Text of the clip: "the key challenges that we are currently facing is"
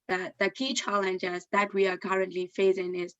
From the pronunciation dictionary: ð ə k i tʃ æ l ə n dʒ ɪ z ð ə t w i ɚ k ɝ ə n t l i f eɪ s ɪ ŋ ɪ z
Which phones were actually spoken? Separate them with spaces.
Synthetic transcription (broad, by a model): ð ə k i tʃ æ l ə n dʒ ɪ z ð ə t w i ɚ k ɝ ə n t l i f eɪ s ɪ ŋ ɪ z